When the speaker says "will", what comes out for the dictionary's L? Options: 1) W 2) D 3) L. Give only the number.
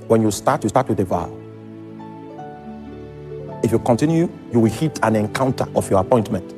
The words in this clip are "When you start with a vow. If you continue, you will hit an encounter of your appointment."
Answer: 1